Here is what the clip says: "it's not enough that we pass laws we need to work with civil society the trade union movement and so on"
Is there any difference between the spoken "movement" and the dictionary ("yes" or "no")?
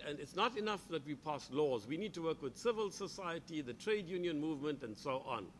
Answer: no